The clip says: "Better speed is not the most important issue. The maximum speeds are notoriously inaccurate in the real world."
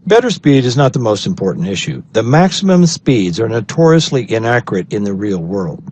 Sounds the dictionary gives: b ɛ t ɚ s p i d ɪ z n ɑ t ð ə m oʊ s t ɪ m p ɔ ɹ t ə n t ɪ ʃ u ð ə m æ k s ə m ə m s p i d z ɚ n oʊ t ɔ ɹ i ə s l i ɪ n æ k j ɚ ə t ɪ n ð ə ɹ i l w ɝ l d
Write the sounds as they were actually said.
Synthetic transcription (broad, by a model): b ɛ t ɚ s p i d ɪ z n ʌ t ð ə m oʊ s t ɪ m p ɔ ɹ t n t ɪ ʃ u ð ə m æ k s ə m ə m s p i d z ɚ n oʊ t ɔ ɹ i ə s l i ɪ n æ k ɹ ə t ɪ n ð ə ɹ i l w ɝ l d